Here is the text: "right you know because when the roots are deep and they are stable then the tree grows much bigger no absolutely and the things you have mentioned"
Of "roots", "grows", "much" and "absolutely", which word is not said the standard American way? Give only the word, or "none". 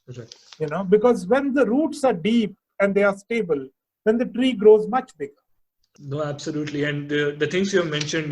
none